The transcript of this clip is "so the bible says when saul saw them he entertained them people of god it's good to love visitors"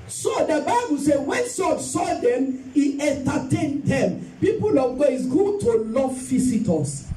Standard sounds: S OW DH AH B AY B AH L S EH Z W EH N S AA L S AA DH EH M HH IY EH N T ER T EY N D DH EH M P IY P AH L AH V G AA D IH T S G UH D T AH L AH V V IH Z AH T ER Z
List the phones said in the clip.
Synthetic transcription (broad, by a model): S OW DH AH B AY B AH L S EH W EH N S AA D S AA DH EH M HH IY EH N T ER T EY N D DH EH M P IY P AH L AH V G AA IH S G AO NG T AH L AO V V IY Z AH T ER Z